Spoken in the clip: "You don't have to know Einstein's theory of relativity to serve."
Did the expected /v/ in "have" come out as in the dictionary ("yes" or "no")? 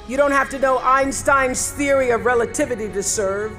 no